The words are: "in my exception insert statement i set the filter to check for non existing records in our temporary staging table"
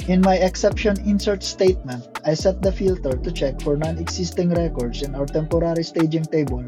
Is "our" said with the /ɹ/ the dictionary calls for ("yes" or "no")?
no